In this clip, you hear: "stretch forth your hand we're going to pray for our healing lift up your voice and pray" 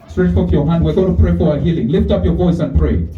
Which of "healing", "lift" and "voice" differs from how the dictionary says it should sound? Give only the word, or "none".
none